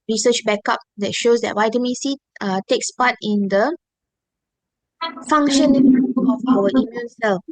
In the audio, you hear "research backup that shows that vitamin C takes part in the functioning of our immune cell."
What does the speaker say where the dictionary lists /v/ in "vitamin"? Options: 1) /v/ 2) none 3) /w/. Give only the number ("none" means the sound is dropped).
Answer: 3